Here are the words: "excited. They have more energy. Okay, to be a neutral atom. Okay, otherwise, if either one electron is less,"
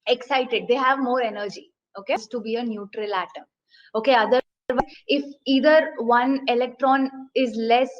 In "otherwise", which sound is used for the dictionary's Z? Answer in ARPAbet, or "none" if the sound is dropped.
none